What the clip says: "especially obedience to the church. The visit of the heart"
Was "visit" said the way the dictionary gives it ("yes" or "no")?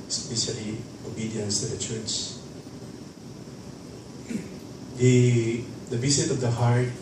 no